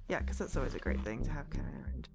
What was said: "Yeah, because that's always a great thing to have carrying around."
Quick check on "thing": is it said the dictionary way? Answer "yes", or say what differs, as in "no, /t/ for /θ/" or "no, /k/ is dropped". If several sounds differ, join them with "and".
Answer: yes